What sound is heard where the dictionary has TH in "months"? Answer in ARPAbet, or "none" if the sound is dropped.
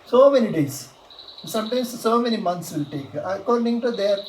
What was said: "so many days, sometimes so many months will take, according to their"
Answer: T